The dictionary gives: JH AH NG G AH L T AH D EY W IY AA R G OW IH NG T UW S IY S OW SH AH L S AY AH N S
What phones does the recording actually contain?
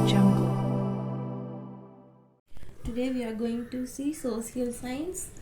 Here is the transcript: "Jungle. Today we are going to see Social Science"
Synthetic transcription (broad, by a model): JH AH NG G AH T AH D EY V IY AA R G OW IH NG T UW S IY S OW S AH L S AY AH N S